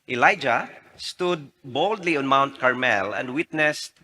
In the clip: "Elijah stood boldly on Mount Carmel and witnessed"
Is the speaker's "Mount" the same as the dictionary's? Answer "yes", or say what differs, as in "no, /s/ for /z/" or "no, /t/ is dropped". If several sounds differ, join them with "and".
yes